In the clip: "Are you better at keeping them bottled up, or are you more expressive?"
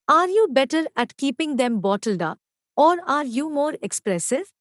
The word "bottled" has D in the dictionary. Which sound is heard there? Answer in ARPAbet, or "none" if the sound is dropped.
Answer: D